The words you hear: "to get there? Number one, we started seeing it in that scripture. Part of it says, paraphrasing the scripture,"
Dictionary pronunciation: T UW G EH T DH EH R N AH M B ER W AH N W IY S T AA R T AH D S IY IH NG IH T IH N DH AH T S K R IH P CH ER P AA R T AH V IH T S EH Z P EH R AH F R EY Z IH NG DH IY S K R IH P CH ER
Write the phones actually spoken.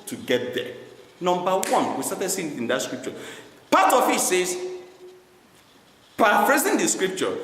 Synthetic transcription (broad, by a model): T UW G EH T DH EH N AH M B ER W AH N W IY S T AA T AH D S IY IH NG IH T IH N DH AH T S K R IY P CH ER P AA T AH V IH T S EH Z P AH P R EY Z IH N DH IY S K R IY P CH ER